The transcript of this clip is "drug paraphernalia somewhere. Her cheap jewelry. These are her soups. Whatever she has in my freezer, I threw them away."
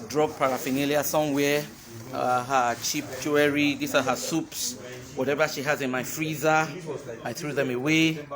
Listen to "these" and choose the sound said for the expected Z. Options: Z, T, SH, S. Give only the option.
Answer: S